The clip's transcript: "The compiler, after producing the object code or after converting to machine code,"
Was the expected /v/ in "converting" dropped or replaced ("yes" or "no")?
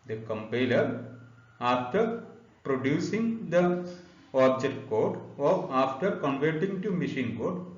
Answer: no